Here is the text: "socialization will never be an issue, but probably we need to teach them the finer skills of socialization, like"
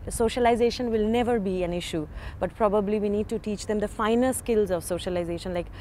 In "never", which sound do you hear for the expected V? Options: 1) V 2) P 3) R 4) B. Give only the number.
1